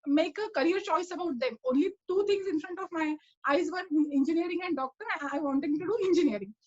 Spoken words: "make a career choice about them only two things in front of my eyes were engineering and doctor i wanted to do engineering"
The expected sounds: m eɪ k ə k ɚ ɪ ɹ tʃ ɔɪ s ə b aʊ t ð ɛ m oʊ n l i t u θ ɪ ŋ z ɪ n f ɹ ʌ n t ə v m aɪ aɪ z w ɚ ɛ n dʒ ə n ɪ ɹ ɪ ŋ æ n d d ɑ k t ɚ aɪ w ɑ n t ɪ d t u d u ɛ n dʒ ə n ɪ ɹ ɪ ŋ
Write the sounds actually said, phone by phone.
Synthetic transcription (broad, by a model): m eɪ k ə k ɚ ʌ ɹ tʃ ɔɪ s ə b aʊ t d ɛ m oʊ n l i t u t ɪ ŋ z ɪ n f ɹ ʌ n t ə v m aɪ aɪ z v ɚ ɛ n dʒ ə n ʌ ɹ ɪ ŋ æ n d d ɑ k t ɚ aɪ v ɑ n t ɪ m t u d u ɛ n dʒ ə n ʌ ɹ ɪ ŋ